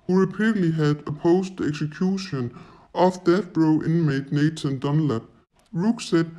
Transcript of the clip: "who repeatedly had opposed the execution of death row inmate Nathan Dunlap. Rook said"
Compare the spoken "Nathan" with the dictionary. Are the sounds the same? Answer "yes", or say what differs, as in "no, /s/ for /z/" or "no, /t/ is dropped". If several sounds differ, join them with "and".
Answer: no, /s/ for /θ/